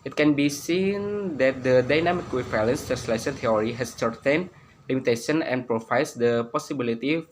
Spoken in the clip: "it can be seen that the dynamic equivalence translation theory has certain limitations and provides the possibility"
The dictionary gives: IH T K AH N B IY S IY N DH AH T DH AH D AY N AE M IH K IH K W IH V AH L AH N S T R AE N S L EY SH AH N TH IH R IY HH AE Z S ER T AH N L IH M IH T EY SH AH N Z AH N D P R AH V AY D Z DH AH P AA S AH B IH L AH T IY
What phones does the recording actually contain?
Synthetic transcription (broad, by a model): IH T K AH N B IY S IY N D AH T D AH D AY N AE M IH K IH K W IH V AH L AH N S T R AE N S L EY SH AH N T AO R IY HH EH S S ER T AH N L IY M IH T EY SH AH N AH N P R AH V AY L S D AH P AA S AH B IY L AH T IY